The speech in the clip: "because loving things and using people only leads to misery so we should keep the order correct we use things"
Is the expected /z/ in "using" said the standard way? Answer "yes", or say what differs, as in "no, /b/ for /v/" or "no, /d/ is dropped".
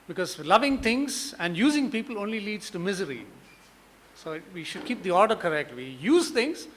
yes